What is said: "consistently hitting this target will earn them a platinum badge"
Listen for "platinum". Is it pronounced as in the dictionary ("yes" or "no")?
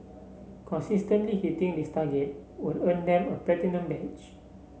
no